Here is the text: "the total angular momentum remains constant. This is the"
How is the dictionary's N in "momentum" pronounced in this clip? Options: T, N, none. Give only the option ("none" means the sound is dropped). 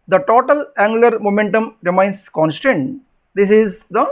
N